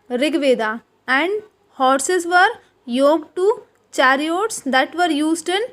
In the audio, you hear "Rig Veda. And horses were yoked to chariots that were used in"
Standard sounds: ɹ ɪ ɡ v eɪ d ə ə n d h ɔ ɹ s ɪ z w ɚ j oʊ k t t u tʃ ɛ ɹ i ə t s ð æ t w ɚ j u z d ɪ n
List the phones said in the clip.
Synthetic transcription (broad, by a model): ɹ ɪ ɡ v eɪ d ə ə n d h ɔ ɹ s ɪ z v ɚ j oʊ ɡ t t u tʃ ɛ ɹ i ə t s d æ t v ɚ j u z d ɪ n